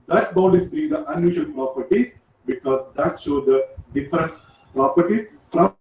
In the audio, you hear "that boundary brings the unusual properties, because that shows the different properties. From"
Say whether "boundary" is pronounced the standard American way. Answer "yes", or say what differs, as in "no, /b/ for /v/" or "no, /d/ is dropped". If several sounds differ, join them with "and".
no, /ɹ/ is dropped